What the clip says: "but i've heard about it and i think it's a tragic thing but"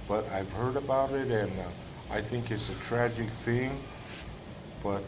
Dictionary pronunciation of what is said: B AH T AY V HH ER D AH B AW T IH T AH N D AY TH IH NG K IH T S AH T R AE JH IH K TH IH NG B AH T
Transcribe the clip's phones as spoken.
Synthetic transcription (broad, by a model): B AH T AY V HH ER D AH B AW T IH T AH N AY TH IH NG K IH T S AH T R AE JH IH K TH IH NG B AH T